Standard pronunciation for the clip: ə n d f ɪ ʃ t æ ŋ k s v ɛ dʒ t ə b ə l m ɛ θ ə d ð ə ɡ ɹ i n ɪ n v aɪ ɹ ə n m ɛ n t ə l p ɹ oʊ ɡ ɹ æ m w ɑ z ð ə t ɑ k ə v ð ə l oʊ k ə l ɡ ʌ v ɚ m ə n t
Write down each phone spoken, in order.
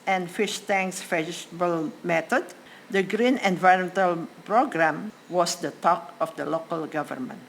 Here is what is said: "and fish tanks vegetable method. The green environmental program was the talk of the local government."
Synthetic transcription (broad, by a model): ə n f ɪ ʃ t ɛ ŋ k s f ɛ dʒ s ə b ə l m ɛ t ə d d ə ɡ ɹ i n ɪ n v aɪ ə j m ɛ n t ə l p ɹ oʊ ɡ ɹ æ m w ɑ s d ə t ɑ k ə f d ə l oʊ k ə l ɡ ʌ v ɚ m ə n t